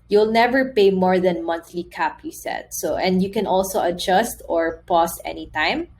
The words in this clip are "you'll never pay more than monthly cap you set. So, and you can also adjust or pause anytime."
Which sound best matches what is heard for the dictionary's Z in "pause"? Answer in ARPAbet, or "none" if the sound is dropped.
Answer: S